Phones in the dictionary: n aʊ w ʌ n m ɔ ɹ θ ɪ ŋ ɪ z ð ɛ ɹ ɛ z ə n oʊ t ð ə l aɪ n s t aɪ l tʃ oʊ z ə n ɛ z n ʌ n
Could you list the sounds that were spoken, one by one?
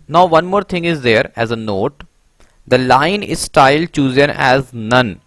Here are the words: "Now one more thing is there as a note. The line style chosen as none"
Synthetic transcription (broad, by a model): n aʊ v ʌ n m ɔ ɹ t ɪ ŋ ɪ z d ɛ ɹ ɛ z ə n oʊ t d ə l aɪ n s t aɪ l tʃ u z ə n ɛ z n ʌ n